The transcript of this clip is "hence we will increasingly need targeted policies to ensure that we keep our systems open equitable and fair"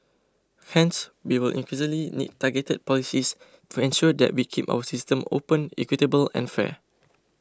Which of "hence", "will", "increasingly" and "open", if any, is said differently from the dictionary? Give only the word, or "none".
increasingly